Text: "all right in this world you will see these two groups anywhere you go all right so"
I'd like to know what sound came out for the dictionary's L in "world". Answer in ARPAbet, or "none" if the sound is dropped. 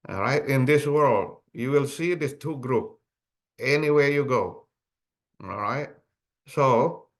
L